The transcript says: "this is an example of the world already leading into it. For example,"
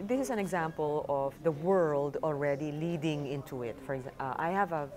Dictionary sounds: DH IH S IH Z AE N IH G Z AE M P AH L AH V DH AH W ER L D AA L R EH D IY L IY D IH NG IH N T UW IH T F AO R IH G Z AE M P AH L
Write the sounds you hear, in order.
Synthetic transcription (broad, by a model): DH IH S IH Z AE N IH G Z AE M P AH L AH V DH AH W ER L D AA L R EH D IY L IY D IH NG IH N T UW IH T F AO R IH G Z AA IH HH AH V